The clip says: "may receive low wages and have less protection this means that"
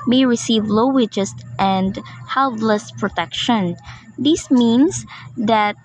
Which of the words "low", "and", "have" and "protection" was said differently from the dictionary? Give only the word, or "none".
have